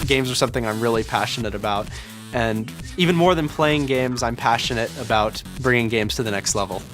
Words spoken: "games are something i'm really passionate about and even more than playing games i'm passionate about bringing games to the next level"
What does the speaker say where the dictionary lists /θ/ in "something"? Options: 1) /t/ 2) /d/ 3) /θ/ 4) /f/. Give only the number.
3